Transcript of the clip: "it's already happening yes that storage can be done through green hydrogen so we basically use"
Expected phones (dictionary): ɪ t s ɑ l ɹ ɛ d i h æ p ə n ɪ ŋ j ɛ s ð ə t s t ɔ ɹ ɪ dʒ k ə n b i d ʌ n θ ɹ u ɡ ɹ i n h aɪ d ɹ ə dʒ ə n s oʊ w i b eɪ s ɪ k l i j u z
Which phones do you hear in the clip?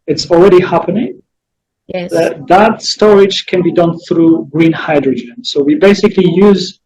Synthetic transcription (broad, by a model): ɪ t s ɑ l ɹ ɛ d i h æ p ə n ɪ ŋ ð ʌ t ð ə t s t ɔ ɹ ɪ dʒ k ə n b i d ʌ n θ ɹ u ɡ ɹ i n h aɪ d ɹ ə dʒ ə n s oʊ w i b eɪ s ɪ k l i j u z